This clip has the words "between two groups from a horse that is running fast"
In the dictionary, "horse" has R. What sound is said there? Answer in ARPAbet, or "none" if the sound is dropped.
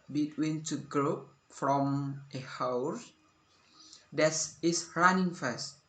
W